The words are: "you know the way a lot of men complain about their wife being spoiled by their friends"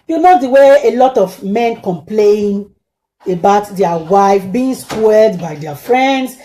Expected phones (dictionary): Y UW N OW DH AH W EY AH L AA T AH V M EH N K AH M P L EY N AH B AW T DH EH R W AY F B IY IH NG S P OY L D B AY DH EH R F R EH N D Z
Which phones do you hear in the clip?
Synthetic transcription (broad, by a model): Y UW N OW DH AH W EY AH L AA T AH V M EH N K AH M P L EY N AH B AW T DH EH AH W AY F B IY IH NG S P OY D B AY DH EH F R EH N D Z